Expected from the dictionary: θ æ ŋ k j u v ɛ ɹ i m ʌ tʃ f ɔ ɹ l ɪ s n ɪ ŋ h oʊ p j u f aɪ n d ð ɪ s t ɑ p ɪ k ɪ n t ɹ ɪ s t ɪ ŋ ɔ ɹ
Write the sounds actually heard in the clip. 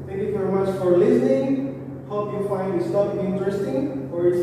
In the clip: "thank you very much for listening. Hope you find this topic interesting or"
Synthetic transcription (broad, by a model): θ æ ŋ k j u v ɛ ɹ i m ʌ tʃ f ɔ ɹ l ɪ s n ɪ ŋ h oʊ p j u f aɪ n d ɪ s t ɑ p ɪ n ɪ n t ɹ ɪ s t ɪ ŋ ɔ ɹ